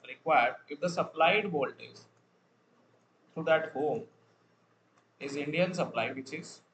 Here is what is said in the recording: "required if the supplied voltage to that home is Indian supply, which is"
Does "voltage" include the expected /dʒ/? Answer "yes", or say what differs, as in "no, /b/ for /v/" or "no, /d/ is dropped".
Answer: no, /z/ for /dʒ/